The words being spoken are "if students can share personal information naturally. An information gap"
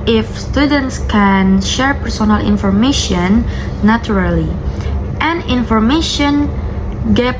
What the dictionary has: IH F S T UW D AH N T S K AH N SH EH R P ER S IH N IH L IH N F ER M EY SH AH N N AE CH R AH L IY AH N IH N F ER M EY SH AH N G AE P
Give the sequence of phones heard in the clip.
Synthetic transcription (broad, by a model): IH F S T UW D AH N T S K AH N SH EH R P ER S IH N IH L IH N F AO M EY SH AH N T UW R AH L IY AH N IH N F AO M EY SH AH N G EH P